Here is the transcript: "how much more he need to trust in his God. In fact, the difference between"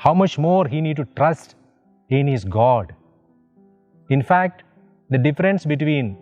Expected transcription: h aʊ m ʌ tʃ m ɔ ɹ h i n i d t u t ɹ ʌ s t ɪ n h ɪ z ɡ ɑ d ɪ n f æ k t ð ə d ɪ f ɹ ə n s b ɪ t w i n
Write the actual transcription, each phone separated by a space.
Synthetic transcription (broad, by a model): h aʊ m ʌ tʃ m ɔ ɹ h i n i d t u t ɹ ʌ s t ɪ n h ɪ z ɡ ɑ d ɪ n f æ k t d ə d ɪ f ɹ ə n s b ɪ t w i n